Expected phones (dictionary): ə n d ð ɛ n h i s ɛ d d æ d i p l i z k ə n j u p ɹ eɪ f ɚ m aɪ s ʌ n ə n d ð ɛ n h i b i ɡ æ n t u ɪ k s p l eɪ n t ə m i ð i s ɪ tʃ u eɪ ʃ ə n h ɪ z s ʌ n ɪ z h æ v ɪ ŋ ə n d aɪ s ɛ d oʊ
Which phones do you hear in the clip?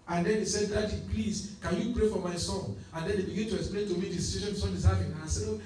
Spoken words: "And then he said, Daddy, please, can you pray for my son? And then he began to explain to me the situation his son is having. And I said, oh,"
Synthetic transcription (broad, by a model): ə n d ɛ n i s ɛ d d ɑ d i p l i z k ə n j u p ɹ eɪ f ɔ m aɪ s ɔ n ə n d ɛ n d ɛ b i ɡ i n t u ɪ k s p l eɪ n t ə m i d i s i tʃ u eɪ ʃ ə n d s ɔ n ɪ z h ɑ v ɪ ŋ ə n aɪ s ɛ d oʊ